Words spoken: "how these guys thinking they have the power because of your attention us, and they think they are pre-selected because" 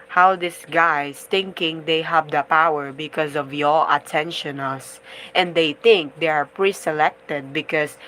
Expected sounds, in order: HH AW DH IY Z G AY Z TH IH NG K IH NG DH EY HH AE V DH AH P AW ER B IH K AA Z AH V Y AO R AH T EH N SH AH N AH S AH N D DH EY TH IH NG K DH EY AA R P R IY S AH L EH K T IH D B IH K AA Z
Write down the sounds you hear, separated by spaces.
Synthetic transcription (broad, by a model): HH AW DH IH S G AY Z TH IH NG K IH NG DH EY HH AE V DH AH P AW ER B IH K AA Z AH V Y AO L AH T EH N SH AH N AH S AH N D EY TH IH NG K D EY AA R P R IY S AH L EH K T IH D B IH K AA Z